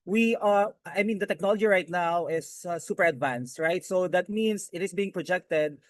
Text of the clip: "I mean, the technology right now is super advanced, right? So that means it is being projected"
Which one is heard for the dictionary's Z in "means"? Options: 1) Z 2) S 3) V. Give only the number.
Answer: 2